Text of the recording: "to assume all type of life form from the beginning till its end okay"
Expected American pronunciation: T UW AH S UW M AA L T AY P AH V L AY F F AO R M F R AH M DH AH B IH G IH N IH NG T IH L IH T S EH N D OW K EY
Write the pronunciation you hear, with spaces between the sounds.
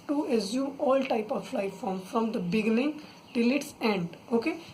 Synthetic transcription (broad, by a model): T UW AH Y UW AA L T AY P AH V L AY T F AO R M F R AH M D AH B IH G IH N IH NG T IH L IH T S EH N D OW K EY